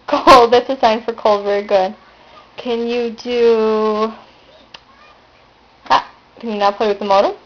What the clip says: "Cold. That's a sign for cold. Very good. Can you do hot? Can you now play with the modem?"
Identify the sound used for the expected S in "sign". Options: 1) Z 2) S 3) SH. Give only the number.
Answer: 2